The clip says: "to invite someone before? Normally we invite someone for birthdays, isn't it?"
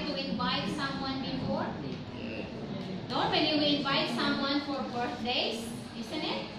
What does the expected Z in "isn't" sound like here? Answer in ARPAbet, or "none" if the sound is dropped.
S